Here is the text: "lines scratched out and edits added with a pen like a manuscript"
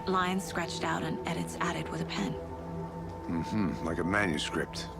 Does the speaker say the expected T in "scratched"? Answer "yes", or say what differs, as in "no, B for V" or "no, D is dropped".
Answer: yes